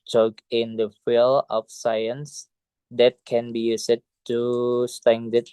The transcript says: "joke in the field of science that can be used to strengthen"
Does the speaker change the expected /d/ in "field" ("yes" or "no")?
yes